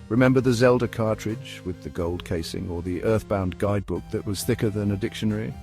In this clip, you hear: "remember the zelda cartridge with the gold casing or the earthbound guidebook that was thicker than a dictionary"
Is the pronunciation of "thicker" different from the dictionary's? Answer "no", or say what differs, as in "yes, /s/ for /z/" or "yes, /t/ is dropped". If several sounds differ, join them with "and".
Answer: no